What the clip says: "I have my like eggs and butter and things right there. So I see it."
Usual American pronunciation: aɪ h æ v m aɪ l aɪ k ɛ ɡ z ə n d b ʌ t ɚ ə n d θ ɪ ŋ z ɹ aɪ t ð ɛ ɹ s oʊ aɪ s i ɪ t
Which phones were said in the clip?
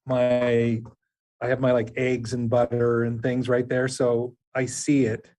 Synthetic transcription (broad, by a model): aɪ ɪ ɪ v m aɪ l aɪ k ɛ ɡ z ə n b ʌ t ɚ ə n θ ɪ ŋ z ɹ aɪ t ð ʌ ɹ s oʊ aɪ s i ɪ t